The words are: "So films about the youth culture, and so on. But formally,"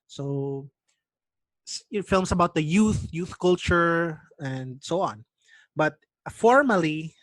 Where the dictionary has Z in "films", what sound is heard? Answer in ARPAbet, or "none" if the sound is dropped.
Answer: S